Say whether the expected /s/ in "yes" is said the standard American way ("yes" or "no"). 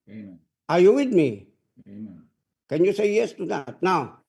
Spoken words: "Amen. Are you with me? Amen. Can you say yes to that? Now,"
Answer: yes